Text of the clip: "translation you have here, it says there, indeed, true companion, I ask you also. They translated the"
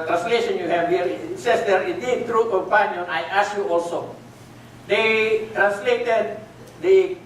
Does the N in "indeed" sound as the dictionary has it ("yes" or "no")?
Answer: no